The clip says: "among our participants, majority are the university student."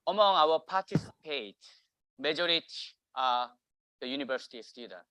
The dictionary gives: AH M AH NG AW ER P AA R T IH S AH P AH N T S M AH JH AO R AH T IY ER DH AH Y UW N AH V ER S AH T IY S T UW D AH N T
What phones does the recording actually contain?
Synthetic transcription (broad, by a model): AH M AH NG AW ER P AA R T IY S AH P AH T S M AH JH AO R AH T IY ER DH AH Y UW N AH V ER S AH T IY S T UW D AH N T